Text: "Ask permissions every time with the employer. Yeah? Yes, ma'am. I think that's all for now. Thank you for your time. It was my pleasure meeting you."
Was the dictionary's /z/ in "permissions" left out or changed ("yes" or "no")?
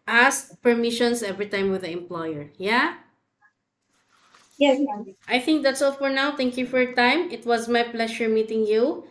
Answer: yes